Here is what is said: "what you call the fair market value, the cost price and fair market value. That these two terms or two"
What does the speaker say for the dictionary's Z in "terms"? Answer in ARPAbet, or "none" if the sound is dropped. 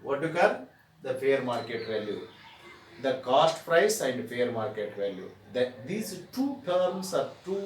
S